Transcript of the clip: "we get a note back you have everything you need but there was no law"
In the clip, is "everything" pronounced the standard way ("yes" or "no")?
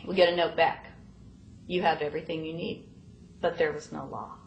yes